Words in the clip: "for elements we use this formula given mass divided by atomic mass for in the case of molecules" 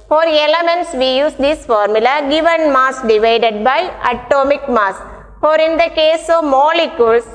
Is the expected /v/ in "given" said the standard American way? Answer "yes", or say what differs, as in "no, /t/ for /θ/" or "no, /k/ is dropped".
yes